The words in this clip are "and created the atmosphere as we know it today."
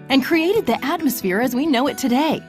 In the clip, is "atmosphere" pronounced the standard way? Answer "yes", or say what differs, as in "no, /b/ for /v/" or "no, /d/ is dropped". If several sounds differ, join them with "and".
yes